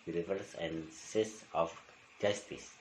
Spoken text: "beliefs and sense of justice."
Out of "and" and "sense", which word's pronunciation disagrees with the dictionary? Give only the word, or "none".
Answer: sense